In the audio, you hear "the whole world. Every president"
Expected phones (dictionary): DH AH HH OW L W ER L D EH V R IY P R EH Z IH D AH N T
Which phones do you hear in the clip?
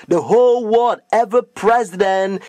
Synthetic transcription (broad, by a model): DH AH HH OW L W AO D EH V IY P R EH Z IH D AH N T